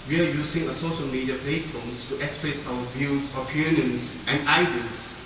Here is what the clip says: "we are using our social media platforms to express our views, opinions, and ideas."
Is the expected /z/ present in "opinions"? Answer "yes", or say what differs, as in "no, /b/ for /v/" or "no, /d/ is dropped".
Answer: no, /s/ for /z/